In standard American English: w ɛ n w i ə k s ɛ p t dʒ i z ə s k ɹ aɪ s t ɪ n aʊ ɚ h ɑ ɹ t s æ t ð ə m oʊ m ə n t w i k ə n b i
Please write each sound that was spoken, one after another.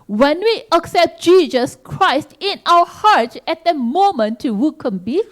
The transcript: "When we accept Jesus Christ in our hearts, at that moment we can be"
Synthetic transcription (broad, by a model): w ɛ n w i ə k s ɛ p t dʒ i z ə s k ɹ aɪ s t ɪ n aʊ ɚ h ɑ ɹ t ɛ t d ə m oʊ m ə n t w i k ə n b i